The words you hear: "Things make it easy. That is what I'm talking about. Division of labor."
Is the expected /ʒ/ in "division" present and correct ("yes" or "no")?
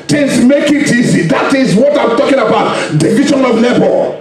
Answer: no